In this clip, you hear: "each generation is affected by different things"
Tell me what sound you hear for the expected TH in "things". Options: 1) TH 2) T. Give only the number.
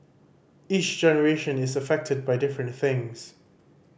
1